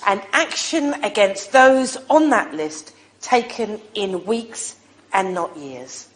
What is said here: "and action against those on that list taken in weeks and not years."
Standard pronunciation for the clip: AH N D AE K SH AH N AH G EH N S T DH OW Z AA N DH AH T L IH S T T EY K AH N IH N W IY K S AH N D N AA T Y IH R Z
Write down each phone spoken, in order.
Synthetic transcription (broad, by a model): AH N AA K SH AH N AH G EH N S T DH OW Z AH N DH AH T L IH S T T EY K AH N IH N W IY K S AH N N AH T Y IH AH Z